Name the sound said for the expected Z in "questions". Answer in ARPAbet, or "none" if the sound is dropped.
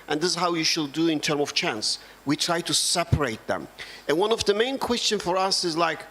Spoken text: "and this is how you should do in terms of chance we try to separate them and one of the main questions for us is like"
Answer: none